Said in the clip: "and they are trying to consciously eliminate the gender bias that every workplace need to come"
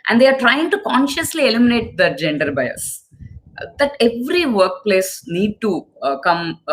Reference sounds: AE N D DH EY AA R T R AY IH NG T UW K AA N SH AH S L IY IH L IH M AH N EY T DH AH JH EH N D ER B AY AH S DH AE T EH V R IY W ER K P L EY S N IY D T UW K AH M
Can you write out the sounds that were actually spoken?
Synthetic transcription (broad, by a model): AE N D EY AA R T R AY IH NG T UW K AA N SH AH S L IY IH L IH M AH N EY T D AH JH EH N D ER B AY AH S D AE T EH V R IY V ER K P L EY S N IY D T UW K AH M